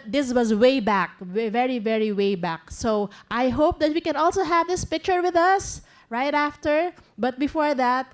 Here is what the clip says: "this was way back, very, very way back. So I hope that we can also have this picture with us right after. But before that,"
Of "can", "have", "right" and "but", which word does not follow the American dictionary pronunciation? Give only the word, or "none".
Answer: none